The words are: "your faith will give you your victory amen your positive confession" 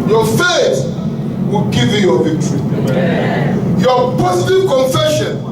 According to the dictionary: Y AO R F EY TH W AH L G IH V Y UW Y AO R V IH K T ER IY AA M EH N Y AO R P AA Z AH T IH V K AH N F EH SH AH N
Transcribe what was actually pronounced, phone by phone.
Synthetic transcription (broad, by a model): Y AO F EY T W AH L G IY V Y UW Y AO V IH K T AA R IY Y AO P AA S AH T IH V K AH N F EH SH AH N